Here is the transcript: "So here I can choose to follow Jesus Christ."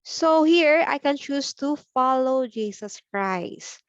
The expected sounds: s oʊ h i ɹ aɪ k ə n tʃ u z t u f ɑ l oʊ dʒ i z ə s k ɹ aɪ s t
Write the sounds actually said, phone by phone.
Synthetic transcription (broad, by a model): s oʊ h i ɹ aɪ k ə n tʃ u s t u f ɑ l oʊ dʒ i s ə s k ɹ aɪ s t